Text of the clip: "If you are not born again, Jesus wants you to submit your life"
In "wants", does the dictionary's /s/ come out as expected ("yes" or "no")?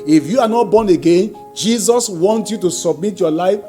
no